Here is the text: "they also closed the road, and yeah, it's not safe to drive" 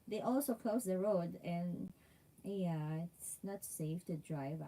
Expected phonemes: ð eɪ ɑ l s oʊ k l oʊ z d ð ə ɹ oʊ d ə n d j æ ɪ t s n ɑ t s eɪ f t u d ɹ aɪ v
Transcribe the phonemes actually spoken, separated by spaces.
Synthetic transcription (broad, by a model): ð eɪ ɑ l s oʊ k l oʊ s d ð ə ɹ oʊ d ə n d j æ ɪ t s n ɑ t s eɪ f t u d ɹ aɪ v